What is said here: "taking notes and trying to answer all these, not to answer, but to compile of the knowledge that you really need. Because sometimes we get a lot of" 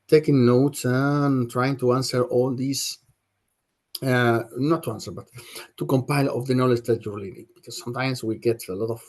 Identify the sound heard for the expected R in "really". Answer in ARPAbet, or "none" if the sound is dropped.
L